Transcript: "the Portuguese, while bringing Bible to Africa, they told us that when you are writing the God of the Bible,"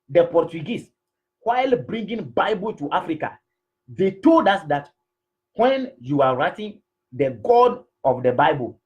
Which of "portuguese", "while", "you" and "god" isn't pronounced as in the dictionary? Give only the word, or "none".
portuguese